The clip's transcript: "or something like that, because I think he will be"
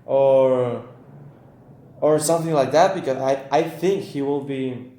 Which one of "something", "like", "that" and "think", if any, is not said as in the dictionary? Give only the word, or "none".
none